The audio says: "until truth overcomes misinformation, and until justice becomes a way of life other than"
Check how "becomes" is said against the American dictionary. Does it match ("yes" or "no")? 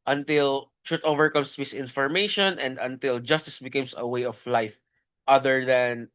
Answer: no